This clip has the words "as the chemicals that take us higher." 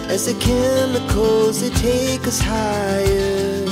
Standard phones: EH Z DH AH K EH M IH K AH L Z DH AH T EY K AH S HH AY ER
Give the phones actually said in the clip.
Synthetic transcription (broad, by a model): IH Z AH K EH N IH K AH Z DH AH T EY K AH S HH AY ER